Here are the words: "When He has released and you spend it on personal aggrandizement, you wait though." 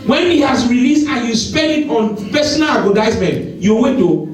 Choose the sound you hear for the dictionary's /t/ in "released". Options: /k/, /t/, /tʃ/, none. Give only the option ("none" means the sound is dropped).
/t/